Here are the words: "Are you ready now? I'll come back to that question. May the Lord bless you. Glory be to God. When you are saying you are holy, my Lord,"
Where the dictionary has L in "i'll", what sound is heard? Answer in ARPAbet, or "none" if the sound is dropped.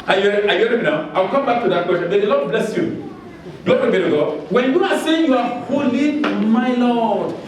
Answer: W